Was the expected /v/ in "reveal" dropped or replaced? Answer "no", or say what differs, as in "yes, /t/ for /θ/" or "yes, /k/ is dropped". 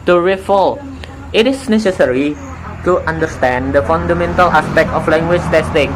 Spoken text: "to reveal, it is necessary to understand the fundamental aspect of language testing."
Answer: yes, /f/ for /v/